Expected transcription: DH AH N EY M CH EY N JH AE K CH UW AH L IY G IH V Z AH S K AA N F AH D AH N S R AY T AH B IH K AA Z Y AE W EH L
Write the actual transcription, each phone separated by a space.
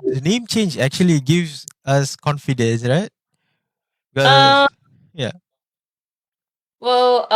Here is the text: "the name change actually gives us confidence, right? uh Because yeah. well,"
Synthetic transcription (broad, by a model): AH N EY M CH EY N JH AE K CH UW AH L IY G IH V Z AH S K AA N F AH D AH N S R AY T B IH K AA Y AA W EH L